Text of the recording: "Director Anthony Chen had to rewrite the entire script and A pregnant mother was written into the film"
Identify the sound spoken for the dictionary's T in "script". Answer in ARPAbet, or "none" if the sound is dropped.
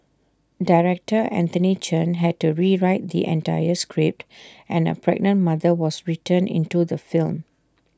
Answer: T